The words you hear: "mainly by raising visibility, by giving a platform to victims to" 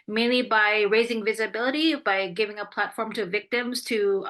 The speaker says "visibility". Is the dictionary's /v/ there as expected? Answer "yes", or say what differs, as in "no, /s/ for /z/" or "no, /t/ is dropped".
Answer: yes